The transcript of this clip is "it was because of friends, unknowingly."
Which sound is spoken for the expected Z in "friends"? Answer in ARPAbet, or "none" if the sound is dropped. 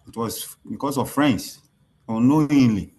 S